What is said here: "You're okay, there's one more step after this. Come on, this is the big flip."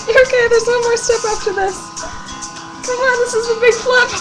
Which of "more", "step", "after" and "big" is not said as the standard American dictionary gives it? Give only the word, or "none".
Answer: after